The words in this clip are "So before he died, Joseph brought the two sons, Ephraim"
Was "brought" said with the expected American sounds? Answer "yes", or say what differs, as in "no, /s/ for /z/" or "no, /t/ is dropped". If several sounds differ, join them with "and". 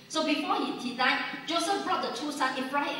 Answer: yes